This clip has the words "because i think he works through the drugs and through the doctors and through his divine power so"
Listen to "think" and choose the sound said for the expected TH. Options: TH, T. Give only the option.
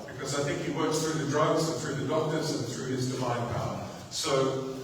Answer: TH